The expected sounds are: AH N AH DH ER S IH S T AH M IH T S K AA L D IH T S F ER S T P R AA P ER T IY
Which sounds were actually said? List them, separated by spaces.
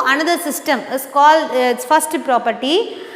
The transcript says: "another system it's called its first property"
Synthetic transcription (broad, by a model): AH N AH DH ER S IH S T AH M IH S K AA L IH T S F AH S T P R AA P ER T IY